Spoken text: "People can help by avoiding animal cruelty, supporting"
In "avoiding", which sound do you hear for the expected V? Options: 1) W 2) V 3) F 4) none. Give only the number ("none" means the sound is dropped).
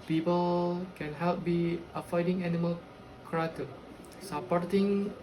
3